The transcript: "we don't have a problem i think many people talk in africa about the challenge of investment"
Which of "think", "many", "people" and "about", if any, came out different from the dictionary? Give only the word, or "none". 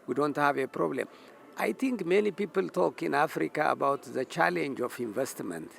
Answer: think